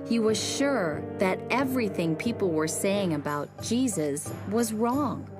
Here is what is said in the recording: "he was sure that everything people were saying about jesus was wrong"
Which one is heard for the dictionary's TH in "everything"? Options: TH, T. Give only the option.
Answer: TH